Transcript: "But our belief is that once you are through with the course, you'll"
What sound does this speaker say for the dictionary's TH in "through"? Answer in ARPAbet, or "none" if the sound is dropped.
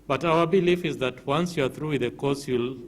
TH